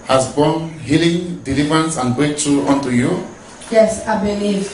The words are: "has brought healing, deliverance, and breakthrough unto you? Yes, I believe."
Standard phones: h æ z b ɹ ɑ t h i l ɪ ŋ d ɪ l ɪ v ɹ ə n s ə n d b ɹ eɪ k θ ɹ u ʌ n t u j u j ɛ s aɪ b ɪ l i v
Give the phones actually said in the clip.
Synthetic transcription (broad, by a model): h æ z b ɑ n h i l ɪ ŋ d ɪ l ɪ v ɹ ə n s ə n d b eɪ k t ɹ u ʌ n t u j u j ɛ s aɪ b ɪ l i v